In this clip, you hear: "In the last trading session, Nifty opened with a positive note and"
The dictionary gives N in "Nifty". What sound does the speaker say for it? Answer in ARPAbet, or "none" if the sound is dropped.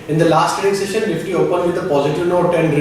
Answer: L